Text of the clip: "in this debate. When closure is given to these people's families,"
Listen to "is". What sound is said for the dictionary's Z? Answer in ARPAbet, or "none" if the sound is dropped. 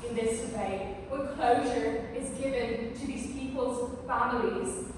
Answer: Z